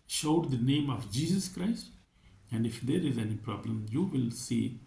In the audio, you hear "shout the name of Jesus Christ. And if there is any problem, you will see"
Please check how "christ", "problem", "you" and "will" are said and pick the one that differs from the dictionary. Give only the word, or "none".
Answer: none